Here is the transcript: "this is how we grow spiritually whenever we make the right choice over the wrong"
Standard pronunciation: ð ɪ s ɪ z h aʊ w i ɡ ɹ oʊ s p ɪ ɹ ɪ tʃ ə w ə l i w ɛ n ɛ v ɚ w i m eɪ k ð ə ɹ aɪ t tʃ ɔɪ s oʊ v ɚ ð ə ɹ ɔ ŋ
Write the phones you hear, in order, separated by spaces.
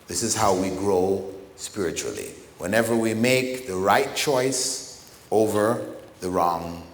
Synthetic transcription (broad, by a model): ð ɪ s ɪ z h aʊ w i ɡ ɹ oʊ s p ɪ ɹ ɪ tʃ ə l i w ɛ n ɛ v ɚ w i m eɪ k ð ə ɹ aɪ t tʃ ɔɪ s oʊ v ɚ ð ə ɹ ɔ ŋ